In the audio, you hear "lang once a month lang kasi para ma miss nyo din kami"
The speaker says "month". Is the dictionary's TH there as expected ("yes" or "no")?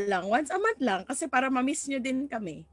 no